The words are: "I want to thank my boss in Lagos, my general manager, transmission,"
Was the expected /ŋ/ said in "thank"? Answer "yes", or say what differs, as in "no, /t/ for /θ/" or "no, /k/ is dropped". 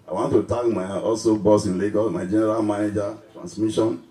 no, /ŋ/ is dropped